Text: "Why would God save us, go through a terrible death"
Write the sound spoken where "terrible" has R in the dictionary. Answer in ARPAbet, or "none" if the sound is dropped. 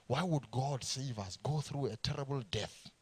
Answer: R